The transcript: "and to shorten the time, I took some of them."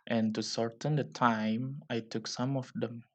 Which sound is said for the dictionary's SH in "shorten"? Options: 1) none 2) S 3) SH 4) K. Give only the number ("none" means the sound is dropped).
2